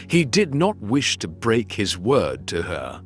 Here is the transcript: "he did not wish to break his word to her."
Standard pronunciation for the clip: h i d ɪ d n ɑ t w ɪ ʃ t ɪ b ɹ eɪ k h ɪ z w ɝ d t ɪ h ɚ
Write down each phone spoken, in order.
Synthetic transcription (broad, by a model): h i d ɪ d n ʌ t w ɪ ʃ t ɪ b ɹ eɪ k h ɪ z w ɝ d t ɪ ɚ